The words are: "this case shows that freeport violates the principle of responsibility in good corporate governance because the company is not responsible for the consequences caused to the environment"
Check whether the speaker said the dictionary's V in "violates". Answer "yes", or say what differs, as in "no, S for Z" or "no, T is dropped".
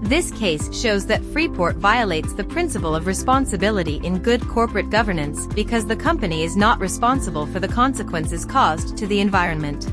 yes